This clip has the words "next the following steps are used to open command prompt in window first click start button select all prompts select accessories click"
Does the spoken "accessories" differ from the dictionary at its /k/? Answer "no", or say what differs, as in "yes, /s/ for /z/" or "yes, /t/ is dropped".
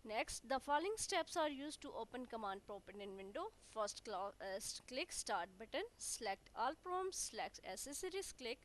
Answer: yes, /k/ is dropped